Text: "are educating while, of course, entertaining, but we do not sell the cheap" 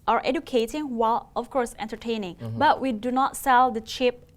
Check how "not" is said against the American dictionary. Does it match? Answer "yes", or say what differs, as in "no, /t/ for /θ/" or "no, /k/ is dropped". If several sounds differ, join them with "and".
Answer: yes